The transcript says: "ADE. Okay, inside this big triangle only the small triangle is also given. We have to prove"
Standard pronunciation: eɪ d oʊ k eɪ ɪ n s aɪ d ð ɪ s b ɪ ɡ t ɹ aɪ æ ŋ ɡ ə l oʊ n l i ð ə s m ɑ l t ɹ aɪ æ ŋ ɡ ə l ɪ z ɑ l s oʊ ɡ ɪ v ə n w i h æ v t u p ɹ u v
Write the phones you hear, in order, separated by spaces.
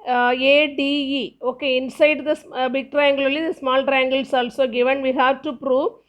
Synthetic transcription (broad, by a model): eɪ d oʊ k eɪ ɪ n s aɪ d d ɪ s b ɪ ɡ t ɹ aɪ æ ŋ ɡ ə l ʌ l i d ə s m ɑ l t ɹ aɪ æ ŋ ɡ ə l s ɑ l s oʊ ɡ ɪ v ə n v i h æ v t u p ɹ u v